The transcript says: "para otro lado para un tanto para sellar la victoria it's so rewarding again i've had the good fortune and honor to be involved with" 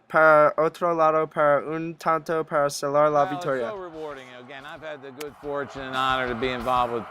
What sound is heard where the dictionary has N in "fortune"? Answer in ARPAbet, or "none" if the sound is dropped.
N